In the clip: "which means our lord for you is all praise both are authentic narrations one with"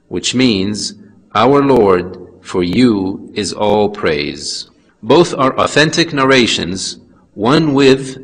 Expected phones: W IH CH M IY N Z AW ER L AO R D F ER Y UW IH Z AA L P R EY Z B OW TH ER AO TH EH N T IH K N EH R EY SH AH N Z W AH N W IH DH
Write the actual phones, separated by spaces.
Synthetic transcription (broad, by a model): W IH CH M IY N Z AW ER L AO R D F ER Y UW IH Z AA L P R EY Z B OW TH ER AO TH EH N T IH K N EH R EY SH AH N Z W AH N W IH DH